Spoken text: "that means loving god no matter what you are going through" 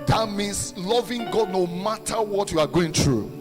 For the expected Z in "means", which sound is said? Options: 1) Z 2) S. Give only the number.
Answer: 2